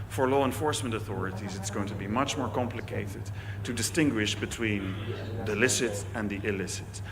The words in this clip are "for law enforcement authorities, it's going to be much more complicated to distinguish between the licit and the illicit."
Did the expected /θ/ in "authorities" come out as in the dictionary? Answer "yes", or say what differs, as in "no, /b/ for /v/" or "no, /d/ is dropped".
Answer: yes